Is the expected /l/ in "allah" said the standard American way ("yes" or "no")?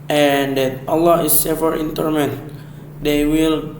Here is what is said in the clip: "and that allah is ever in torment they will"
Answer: yes